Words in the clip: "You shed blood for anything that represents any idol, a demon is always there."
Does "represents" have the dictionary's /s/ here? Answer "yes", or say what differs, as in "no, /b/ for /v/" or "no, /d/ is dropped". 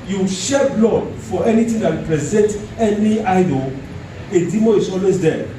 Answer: no, /s/ is dropped